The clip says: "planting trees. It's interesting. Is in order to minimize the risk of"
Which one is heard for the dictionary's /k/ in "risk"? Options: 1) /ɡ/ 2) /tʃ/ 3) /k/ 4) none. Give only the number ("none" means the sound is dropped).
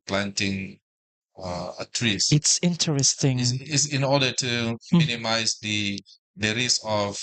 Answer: 4